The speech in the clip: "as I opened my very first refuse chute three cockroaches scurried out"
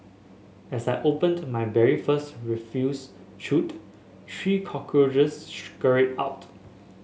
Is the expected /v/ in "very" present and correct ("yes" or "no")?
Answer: no